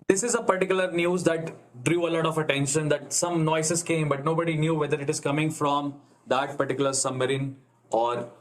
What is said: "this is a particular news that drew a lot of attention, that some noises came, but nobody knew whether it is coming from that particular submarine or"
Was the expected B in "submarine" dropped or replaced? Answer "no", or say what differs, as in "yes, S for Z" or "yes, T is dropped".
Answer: yes, B is dropped